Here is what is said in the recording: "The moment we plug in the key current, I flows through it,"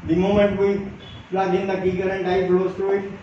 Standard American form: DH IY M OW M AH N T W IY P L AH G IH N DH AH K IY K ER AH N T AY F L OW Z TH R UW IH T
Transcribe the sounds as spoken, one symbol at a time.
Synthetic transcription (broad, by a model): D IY M OW M AH N T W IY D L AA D IH N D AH K IY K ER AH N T AY P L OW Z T R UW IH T